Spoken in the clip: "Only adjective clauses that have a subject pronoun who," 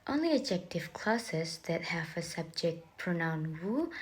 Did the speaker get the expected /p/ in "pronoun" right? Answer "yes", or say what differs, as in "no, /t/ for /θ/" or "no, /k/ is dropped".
yes